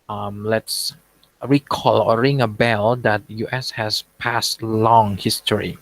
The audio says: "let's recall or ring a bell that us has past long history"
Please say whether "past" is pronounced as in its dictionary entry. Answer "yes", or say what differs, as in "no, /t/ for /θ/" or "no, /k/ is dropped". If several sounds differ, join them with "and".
yes